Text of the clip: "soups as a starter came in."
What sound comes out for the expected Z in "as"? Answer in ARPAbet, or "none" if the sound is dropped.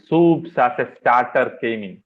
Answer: S